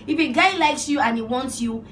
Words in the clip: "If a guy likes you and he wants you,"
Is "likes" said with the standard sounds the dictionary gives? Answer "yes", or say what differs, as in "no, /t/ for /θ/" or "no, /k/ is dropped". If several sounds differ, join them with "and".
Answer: yes